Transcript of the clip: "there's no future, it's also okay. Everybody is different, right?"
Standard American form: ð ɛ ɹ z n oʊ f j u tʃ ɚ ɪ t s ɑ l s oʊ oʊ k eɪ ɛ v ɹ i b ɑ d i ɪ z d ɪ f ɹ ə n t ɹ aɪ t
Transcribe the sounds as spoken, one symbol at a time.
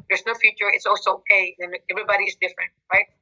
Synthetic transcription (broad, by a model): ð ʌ ɹ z n oʊ f j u tʃ ɚ ɪ t s ɑ l s oʊ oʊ k eɪ ɛ v ɹ i b ɑ d i ɪ z d ɪ f ɹ ə n t ɹ aɪ t